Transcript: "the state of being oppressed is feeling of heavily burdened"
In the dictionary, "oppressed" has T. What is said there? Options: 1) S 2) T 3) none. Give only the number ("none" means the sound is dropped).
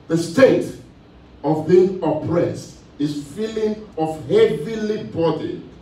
2